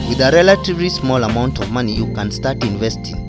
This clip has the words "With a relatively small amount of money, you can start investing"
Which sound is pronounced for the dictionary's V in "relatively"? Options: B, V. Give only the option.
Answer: V